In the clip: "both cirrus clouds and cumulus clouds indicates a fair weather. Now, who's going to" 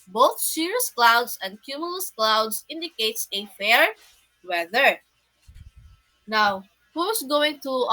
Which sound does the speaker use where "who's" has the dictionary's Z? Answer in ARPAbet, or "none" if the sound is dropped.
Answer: S